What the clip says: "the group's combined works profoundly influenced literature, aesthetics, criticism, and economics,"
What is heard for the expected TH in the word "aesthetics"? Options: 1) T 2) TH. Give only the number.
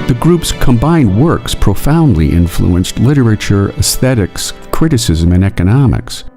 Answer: 2